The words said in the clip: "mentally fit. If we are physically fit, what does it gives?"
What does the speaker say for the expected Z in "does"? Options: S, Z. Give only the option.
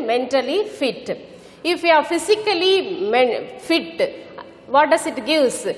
S